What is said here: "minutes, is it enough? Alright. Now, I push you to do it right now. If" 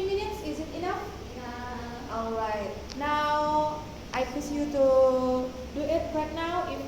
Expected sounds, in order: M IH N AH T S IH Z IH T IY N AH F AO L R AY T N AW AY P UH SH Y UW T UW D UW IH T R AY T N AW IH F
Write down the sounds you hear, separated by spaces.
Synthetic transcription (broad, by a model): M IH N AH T S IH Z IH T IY N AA F AO L R AY T N AW AY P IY S Y UW T UW D UW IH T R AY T N AW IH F